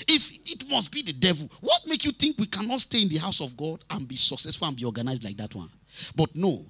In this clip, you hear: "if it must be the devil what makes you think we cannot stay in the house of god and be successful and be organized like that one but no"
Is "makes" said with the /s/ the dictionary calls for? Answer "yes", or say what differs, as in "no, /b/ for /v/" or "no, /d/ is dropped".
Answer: no, /s/ is dropped